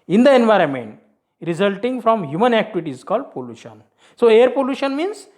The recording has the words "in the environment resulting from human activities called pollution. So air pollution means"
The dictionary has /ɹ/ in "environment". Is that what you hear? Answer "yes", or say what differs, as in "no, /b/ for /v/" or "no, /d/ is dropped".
yes